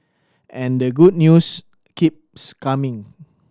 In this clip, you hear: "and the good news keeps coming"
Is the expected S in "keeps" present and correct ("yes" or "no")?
yes